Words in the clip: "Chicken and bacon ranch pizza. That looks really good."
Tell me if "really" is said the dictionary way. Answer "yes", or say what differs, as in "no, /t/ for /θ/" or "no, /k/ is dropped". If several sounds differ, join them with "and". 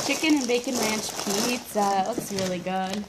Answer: yes